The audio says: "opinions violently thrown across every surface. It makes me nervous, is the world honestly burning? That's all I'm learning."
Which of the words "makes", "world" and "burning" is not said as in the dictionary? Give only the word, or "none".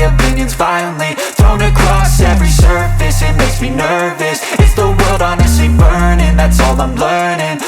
none